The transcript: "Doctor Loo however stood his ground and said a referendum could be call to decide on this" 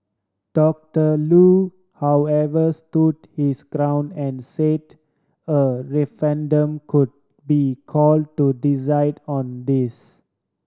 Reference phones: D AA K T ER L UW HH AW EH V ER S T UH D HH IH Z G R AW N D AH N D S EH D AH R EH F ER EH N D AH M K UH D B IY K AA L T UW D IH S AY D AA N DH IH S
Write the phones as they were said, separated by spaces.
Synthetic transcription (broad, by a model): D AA K T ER L UW HH AW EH V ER S T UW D HH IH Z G R AW N AH N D S EH D AH R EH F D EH N D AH M K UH D B IY K AA L T UW D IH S AY D AA N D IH S